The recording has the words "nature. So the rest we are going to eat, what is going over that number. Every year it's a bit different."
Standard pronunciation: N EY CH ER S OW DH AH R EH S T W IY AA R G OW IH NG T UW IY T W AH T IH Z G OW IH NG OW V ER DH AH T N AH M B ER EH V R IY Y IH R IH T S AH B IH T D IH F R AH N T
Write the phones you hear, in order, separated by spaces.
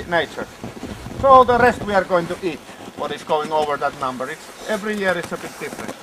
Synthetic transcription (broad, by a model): N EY CH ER S OW DH AH R EH S T W IY AA R G OW IH NG T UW IY T W AH T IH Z G OW IH NG OW V ER DH AH T N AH M B ER EH V R IY Y IH R IH T S AH B IH T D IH F R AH N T